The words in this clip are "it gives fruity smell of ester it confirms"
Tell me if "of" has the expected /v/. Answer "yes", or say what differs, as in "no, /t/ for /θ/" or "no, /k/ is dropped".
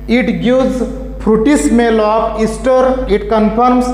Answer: no, /p/ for /v/